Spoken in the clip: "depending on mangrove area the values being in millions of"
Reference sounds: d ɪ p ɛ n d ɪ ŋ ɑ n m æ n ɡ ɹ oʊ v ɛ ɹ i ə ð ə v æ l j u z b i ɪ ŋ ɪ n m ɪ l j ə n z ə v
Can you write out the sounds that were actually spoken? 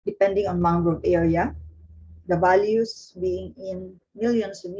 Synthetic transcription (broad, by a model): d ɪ p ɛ n d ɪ ŋ ɑ n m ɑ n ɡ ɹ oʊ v ɛ ɹ i ə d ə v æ l j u s b i ɪ ŋ ɪ n m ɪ l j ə n s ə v